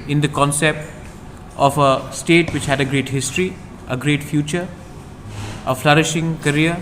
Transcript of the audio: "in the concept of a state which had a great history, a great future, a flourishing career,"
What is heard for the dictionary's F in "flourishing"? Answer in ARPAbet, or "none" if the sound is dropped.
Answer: F